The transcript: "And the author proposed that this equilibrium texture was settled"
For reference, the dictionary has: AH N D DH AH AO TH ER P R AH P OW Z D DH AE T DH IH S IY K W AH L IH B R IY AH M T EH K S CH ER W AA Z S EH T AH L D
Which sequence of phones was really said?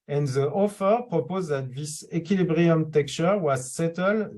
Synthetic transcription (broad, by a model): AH N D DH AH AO F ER P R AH P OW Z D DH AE T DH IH S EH K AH L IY B R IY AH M T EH K CH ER W AA Z S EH T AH L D